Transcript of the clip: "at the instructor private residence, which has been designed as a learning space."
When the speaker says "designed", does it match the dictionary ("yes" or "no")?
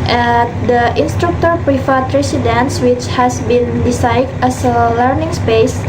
no